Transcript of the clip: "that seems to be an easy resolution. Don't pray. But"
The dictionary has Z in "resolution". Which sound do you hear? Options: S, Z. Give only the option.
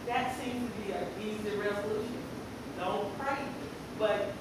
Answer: Z